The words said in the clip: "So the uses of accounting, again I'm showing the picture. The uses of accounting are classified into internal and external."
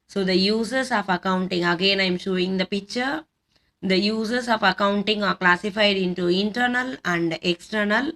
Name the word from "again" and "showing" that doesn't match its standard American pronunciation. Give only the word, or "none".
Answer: none